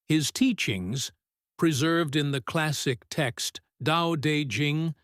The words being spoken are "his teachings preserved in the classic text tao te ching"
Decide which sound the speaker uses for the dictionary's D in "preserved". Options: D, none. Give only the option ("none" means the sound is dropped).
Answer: D